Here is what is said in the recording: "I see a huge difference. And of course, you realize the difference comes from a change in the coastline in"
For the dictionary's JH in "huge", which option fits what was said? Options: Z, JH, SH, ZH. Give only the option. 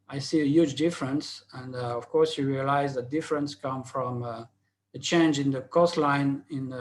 JH